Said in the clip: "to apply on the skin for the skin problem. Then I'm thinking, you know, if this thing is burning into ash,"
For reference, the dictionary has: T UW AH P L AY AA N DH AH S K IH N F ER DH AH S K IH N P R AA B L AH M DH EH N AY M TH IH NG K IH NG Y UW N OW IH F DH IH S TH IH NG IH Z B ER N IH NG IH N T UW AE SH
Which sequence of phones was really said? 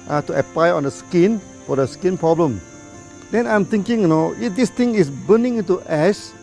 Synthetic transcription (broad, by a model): T UW AH P L AY AA N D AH S K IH N F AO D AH S K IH N P R AA B L AH M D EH N AY M T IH NG K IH NG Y N OW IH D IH S T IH NG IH S B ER N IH NG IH N T UW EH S